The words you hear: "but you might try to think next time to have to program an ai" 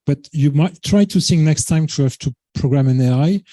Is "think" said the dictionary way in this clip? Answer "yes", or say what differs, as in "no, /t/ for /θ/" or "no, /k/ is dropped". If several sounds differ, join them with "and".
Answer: no, /s/ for /θ/